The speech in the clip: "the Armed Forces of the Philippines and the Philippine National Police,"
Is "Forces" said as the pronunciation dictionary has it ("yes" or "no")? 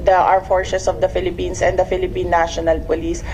no